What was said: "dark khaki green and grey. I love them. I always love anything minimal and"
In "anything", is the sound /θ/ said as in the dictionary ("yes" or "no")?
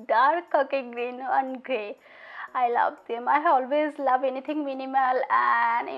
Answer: no